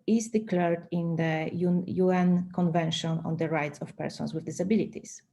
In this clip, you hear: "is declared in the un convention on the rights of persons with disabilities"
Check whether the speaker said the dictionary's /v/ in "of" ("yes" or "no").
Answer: no